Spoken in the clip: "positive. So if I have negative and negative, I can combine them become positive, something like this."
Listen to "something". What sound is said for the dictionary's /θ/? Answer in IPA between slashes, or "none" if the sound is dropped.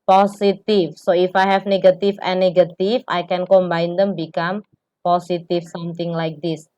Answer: /t/